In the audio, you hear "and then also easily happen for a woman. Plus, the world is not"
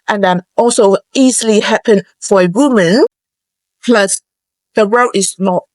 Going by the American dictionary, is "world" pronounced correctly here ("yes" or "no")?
no